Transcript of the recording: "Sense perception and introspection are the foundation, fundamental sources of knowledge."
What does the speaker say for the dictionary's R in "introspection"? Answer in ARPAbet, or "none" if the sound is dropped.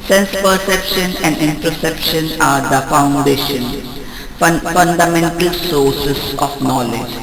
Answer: none